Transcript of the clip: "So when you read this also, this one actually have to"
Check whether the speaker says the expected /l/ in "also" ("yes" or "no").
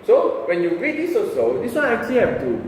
no